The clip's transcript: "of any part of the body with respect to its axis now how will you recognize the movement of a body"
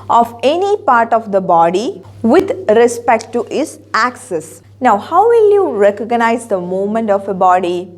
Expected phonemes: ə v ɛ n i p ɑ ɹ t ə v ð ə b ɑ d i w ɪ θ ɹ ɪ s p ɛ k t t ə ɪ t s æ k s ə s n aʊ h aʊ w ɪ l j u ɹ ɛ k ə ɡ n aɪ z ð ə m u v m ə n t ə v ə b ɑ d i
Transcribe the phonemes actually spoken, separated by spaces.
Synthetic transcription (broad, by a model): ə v ɛ n i p ɑ ɹ t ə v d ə b ɑ d i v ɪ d ɹ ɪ s p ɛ k t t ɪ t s æ k s ə s n aʊ h aʊ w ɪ l j u ɹ ɛ k ə ɡ n aɪ z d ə m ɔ m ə n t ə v ə b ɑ d i